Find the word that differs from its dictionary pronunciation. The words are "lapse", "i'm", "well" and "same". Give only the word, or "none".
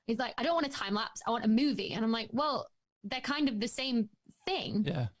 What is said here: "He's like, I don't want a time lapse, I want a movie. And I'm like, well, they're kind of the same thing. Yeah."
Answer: none